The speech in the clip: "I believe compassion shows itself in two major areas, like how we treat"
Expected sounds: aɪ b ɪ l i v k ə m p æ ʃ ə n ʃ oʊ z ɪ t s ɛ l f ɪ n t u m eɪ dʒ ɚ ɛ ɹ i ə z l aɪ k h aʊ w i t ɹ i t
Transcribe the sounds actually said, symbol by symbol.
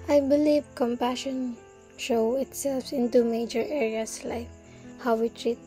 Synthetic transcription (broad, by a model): aɪ b ɪ l i v k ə m p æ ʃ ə n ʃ oʊ ɪ t s ɛ l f ɪ n t u m eɪ dʒ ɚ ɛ ɹ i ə s l aɪ k h aʊ w i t ɹ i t